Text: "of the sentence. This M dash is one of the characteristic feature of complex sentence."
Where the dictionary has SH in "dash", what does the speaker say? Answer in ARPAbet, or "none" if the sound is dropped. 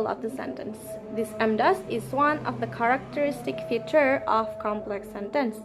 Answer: S